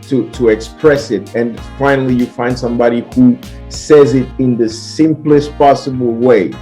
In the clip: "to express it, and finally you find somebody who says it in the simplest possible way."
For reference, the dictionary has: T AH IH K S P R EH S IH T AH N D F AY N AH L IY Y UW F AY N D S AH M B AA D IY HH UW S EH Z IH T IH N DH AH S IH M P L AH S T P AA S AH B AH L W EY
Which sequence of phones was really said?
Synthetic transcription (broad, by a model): T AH IH K S P R EH S IH T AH N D F AY N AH L IY Y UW F AY N D S AH M B AA D IY HH UW S EH Z IH T IH N DH AH S IH M P L AH S T P AA S AH B AH L W EY